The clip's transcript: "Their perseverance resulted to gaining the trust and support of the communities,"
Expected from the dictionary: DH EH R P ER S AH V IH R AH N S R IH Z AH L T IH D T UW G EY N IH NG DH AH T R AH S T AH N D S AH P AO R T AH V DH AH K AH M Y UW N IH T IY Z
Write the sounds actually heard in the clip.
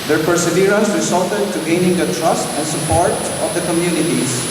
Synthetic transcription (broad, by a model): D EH R P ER S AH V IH R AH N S W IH S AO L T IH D T UW G EY N IH NG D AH T R AH S T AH N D S AH P AO R T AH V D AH K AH M Y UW N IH T IY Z